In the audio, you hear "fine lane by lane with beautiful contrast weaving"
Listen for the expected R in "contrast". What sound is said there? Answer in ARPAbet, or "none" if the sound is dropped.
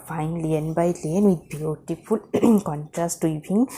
R